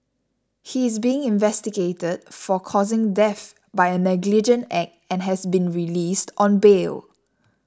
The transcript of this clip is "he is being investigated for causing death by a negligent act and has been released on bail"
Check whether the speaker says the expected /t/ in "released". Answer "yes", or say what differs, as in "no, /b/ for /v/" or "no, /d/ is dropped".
yes